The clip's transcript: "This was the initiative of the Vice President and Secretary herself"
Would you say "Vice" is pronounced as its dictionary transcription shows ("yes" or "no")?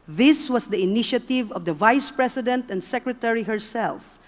yes